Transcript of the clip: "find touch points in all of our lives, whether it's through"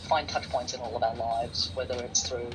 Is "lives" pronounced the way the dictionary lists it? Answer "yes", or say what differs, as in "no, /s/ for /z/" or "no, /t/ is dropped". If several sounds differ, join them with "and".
yes